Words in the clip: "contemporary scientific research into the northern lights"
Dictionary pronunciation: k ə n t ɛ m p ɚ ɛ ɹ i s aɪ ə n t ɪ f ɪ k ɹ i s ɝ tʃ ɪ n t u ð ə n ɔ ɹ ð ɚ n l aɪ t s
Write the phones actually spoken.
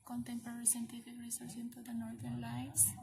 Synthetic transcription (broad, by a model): k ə n t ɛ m p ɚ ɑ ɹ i s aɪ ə n t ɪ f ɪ k ɹ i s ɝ s ɪ n t u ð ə n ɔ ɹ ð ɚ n l aɪ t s